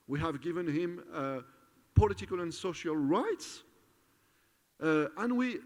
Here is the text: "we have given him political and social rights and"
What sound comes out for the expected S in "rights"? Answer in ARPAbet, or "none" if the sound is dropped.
S